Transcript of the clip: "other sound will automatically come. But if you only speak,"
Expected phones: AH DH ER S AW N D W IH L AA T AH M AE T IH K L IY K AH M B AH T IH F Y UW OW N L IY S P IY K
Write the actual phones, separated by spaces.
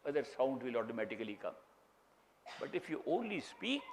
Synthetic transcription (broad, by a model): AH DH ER S AW N D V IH L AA T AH M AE T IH K L IY K AH M B AH T IH F Y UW OW N L IY S P IY K